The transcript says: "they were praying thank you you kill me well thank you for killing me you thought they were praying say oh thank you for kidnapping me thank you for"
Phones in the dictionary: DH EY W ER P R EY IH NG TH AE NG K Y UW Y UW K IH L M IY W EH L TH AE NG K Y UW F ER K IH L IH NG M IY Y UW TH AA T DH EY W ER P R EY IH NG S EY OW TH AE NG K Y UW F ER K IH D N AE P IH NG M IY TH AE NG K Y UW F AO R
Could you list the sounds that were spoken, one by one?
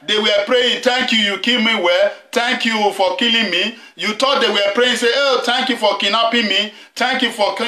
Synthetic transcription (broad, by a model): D EY W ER P R EY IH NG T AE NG K Y UW Y UW K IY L M IY W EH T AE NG K Y UW F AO K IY L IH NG M IY Y UW T AA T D EY W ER P R EY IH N S EY OW T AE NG K Y UW F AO K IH N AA P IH M IY T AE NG K Y UW F AO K